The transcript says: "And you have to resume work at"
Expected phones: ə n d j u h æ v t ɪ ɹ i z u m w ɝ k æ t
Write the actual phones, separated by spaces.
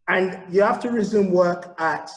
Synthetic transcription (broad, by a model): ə n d j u h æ f t ɪ ɹ i z u m w ɝ k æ t